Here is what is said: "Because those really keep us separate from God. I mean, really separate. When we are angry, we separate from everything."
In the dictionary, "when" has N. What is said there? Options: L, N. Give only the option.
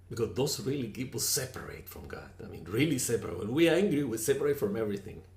L